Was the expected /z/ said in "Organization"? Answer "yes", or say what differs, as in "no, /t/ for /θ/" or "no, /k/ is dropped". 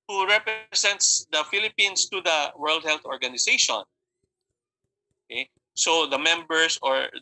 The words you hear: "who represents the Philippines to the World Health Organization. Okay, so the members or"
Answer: no, /s/ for /z/